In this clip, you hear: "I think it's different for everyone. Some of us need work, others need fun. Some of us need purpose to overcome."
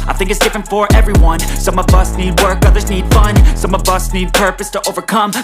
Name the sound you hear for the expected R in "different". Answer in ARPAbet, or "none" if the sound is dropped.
R